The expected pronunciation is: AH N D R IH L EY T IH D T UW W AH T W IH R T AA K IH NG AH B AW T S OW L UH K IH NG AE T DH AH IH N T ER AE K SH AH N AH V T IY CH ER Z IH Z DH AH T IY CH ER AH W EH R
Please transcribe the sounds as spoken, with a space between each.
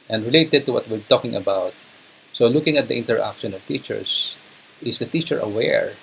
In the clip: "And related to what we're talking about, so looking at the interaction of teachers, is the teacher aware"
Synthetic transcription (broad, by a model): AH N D R IH L EY T IH D T UW W AH T W IH R T AA K IH NG AH B AW T S OW L UH K IH NG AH T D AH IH N T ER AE K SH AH N AH V T IY CH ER S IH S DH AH T IY CH ER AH W EH R